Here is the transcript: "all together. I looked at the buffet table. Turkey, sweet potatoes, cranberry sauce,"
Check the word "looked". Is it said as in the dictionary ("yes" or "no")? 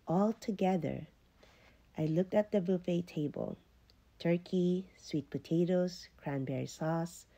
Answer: yes